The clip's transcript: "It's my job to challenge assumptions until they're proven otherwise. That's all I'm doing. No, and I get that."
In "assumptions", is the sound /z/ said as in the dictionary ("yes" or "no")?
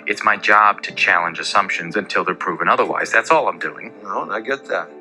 yes